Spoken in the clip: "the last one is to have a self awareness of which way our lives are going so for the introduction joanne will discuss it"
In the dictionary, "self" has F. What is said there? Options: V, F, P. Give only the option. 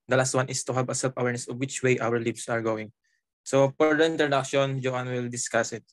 P